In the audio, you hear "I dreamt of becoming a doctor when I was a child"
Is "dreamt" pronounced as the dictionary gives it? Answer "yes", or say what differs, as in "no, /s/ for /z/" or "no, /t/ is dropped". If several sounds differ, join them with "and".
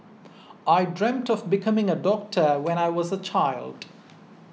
yes